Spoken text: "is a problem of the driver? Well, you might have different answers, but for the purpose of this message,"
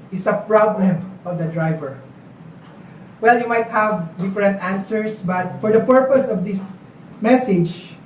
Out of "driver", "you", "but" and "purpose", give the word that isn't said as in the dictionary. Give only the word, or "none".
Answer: none